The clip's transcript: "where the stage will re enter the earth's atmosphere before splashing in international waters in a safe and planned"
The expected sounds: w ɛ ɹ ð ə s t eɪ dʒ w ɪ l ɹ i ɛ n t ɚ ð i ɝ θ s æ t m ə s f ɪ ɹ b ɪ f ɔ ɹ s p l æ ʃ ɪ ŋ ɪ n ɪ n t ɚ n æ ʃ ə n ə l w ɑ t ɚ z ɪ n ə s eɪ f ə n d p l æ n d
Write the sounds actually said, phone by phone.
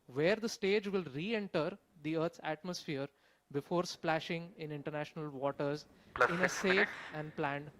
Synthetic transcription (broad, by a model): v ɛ ɹ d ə s t eɪ dʒ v ɪ l ɹ i ɛ n t ɚ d i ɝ t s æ t m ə s f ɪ ɹ b ɪ f ɔ ɹ s p l æ ʃ ɪ ŋ ɪ n ɪ n t ɚ n æ ʃ ə n ə l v ɑ t ɚ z ɪ n ə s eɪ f ə n d p l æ n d